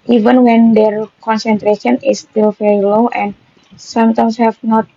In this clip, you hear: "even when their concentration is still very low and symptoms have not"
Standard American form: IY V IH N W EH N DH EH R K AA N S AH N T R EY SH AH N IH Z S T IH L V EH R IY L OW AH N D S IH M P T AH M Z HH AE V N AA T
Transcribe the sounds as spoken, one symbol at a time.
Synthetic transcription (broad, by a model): IY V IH N W EH N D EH R K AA N S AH N T R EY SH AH N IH S T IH L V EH R IY L OW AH N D S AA M T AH M S HH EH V N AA T